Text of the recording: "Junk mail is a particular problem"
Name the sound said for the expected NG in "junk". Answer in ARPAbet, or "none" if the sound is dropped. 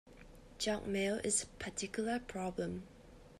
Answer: none